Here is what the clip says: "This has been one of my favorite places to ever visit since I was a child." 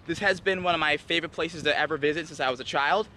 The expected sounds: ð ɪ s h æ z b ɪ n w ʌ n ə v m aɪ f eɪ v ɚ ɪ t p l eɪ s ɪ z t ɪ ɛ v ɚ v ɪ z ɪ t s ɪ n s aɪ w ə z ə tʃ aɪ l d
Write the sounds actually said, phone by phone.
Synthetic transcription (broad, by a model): ð ɪ s h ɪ z b ɪ n w ʌ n ə v m aɪ f eɪ v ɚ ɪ t p l eɪ s ɪ z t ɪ ɛ v ɚ v ɪ z ɪ t s ɪ n s aɪ w ə z ə tʃ aɪ l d